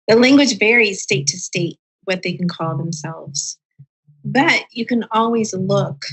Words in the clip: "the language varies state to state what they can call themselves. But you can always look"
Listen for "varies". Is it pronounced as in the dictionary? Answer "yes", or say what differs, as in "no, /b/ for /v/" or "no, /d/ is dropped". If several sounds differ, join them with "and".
yes